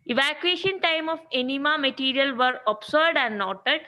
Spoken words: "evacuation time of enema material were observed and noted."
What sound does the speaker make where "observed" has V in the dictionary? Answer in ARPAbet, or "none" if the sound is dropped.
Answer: none